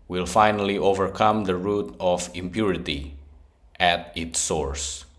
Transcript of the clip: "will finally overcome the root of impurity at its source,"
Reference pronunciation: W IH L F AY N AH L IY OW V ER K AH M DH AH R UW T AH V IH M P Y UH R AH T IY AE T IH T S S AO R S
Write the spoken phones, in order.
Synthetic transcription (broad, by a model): W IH L F AY N AH L IY OW V ER K AH M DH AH R UW T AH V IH M P Y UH R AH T IY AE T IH T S S AO R S